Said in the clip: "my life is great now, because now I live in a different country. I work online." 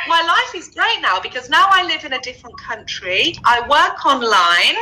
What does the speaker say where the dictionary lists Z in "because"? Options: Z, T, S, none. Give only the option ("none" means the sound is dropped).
Z